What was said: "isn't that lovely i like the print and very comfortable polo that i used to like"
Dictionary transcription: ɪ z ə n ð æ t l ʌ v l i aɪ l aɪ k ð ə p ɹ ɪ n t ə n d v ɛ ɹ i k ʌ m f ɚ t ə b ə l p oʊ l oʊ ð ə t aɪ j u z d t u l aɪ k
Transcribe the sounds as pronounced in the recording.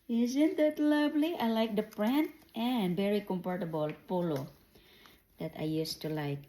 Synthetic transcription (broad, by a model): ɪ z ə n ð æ t l ʌ v l i aɪ l aɪ k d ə p ɹ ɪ n t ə n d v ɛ ɹ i k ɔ m p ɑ t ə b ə l p oʊ l oʊ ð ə t aɪ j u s t u l aɪ k